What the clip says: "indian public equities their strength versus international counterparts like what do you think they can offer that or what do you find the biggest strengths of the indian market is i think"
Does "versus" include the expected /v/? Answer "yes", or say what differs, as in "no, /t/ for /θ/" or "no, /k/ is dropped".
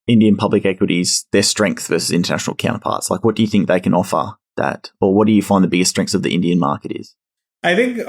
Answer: yes